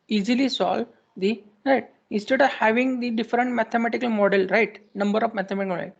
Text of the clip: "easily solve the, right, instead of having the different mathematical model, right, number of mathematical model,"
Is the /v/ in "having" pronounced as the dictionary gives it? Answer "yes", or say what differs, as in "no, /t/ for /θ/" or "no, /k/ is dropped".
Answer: yes